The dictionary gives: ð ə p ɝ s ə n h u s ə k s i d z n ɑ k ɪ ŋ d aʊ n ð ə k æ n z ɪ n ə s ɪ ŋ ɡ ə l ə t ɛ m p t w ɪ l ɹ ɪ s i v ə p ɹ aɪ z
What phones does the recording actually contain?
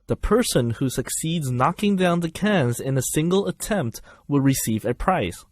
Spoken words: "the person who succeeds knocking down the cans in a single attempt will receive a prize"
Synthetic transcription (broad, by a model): ð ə p ɝ s ə n h u s ə k s i d z n ɑ k ɪ ŋ d aʊ n ð ə k æ n z ɪ n ə s ɪ ŋ ɡ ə l ə t ɛ m p t w ɪ l ɹ ɪ s i v ə p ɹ aɪ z